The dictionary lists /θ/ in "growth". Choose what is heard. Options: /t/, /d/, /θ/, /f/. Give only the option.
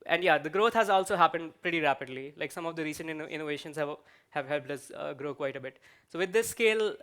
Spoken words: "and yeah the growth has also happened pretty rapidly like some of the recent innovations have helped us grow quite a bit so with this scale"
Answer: /t/